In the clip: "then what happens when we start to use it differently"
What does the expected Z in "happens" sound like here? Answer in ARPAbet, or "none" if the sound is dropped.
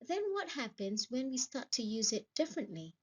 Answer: Z